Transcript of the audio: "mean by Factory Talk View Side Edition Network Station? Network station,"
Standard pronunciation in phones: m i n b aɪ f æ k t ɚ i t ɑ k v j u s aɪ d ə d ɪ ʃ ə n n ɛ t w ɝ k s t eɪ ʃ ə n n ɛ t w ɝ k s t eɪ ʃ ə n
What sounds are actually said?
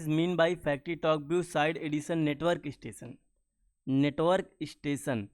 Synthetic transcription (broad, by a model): m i n b aɪ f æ k t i t ɑ k b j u s aɪ d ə d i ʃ ə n n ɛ t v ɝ k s t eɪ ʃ ə n n ɛ t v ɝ k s t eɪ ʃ ə n